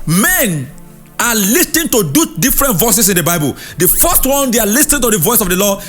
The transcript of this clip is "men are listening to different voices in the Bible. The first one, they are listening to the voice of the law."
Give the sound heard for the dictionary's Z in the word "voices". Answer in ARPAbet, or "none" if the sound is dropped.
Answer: S